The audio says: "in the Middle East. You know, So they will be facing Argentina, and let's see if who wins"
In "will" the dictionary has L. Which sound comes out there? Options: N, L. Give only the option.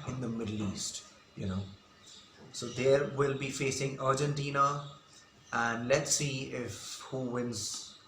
L